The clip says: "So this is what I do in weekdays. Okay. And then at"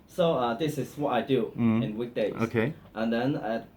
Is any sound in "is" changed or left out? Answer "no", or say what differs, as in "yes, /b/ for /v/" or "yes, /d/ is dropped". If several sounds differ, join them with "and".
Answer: yes, /s/ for /z/